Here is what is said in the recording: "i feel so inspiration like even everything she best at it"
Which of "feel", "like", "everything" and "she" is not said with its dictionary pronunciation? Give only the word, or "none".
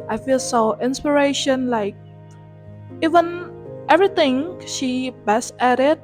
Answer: everything